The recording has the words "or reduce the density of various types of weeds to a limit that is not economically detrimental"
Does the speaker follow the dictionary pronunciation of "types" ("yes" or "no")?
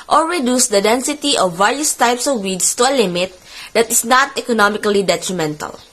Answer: yes